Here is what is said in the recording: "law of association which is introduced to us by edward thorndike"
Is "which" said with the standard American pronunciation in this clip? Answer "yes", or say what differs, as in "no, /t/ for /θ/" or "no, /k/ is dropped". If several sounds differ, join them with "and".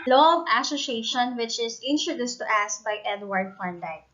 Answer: yes